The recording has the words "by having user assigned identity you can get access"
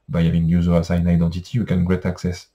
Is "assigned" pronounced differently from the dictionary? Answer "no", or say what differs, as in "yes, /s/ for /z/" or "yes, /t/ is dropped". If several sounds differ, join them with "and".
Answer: yes, /d/ is dropped